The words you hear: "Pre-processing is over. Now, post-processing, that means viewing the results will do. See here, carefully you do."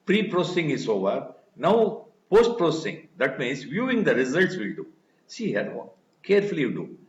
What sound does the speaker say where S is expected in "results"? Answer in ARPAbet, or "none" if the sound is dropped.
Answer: S